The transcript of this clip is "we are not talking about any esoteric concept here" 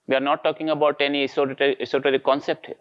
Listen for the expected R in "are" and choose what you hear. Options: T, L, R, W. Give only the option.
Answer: R